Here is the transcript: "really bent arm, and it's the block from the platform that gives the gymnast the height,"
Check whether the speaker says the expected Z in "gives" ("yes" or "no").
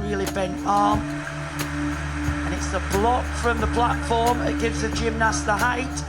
yes